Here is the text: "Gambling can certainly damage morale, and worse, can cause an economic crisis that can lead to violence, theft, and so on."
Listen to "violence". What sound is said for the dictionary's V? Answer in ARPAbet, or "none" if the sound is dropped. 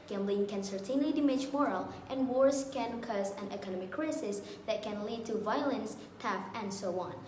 V